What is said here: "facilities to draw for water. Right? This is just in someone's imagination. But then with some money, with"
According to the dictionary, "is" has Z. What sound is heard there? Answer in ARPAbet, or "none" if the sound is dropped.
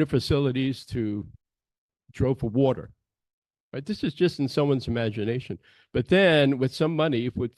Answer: Z